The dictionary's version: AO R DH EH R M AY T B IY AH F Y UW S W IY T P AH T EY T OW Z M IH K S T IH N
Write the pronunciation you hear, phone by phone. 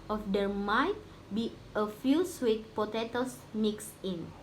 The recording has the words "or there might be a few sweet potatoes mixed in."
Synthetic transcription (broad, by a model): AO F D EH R M AY T B IY AH F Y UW S W IY T P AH T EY T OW S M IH K S IH N